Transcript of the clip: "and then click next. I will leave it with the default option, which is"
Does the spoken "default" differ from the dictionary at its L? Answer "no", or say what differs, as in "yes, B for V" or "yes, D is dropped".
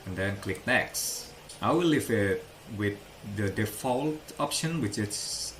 no